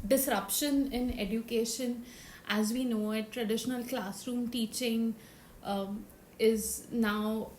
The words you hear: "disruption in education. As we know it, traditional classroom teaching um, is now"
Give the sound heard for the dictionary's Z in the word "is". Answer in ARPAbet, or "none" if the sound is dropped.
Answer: Z